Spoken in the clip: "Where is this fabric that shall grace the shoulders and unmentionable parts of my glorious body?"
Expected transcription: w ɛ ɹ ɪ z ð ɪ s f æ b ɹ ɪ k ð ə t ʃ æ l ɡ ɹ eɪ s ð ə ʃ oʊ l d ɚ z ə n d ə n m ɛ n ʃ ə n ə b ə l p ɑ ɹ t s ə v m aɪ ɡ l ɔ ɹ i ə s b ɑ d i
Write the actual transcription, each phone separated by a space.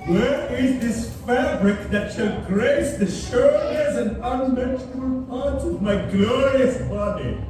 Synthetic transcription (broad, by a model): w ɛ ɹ ɪ z ð ɪ s f æ b ɹ ɪ k ð ə t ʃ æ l ɡ ɹ eɪ s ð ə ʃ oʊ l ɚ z ə n d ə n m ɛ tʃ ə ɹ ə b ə l p ɑ ɹ t s ə v m aɪ ɡ l ɔ ɹ i ə s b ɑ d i